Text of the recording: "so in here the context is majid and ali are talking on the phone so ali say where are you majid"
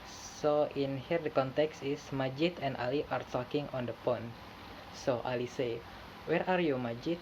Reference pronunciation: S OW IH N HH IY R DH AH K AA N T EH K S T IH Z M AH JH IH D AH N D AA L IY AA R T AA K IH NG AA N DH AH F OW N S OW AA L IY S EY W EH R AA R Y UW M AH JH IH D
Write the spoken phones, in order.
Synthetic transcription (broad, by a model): S OW IH N HH IY R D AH K AA N T EH K S T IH S M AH JH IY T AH N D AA L IY AA R T AA K IH NG AA N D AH P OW N S OW AA L IY S EY W EH R AA R Y UW M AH JH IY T